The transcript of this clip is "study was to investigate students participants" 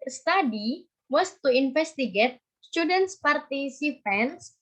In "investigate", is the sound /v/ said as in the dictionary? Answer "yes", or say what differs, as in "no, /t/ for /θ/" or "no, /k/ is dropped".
no, /f/ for /v/